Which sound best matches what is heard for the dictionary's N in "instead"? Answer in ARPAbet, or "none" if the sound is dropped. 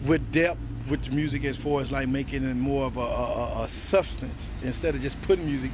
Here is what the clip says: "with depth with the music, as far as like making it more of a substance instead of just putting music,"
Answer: N